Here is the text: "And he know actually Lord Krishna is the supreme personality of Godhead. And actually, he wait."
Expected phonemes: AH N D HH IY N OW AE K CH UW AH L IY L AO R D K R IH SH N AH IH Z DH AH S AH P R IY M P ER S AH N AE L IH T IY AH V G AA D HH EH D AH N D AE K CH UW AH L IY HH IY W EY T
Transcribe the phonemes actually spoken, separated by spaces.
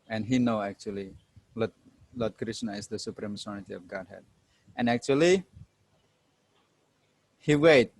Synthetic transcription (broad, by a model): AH N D HH IY N OW AE K CH UW AH L IY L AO L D K R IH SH N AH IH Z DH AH S AH P R IY M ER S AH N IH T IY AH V G AA D HH EH D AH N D AE K CH UW AH L IY HH IY W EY T